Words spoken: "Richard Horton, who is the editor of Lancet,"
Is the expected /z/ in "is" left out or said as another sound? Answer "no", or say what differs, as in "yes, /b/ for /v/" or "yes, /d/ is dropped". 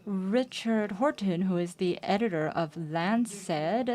no